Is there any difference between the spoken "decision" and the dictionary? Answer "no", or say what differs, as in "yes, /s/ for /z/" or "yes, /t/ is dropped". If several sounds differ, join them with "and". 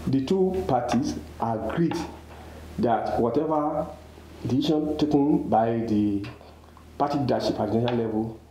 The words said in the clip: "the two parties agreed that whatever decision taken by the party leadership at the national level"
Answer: yes, /s/ is dropped and /ʃ/ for /ʒ/